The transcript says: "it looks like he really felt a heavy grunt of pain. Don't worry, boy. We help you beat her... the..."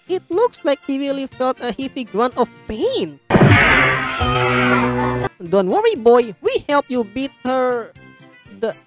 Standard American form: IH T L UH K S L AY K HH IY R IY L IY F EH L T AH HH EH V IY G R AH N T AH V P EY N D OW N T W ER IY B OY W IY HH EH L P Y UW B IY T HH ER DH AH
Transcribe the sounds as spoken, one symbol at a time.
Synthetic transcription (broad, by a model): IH T L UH K S L AY K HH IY W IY L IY F EH L T AH HH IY F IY G R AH N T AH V P EY N D OW N T W ER IY B OY W IY HH EH L P Y UW B IY T HH ER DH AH